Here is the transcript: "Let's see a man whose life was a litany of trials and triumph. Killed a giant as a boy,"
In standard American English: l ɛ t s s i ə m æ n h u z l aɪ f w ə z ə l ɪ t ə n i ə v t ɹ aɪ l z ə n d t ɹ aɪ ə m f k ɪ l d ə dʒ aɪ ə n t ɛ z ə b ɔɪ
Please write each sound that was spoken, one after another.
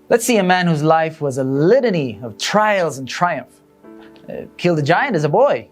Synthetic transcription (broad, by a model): l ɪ t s s i ə m æ n h u z l aɪ f w ə z ə l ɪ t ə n i ə v t ɹ aɪ l z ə n t ɹ aɪ ə m f k ɪ l d ə dʒ aɪ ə n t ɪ z ə b ɔɪ